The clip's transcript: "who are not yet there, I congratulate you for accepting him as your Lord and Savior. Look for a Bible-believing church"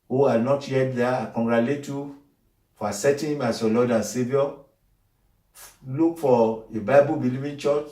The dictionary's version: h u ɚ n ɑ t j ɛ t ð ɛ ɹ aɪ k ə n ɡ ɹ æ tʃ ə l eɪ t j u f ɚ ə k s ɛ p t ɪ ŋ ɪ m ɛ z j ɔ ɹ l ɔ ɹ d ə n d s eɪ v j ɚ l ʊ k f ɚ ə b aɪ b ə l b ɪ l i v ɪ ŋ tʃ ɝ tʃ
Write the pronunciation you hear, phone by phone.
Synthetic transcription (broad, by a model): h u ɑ n ɑ t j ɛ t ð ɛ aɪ k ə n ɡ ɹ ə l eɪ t j u f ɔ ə s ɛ t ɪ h ɪ m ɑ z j ɔ l ɔ d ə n s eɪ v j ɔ l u k f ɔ ə b aɪ b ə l b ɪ l i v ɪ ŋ tʃ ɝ tʃ